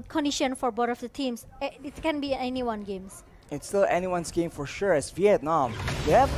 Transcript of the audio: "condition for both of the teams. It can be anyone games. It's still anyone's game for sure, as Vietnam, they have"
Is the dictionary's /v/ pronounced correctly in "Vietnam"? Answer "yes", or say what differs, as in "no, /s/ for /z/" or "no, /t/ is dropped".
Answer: yes